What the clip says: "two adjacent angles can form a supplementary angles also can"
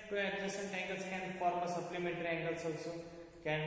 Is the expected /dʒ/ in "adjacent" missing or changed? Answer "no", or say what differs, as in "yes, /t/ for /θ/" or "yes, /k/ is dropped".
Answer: yes, /dʒ/ is dropped